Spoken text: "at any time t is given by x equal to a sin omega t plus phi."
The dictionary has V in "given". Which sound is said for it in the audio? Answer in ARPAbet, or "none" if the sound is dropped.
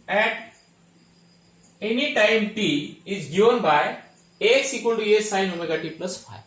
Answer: none